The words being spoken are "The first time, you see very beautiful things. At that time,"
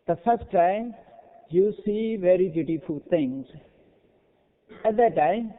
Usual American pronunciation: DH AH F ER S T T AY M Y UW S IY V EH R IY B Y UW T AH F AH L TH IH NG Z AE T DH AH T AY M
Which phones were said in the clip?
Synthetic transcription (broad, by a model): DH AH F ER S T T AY Y UW S IY V EH R IY B Y UW T AH F AH L T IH NG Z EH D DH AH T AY